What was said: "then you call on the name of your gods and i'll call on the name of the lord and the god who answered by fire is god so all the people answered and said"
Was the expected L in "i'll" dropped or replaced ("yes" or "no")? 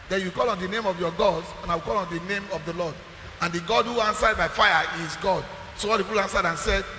yes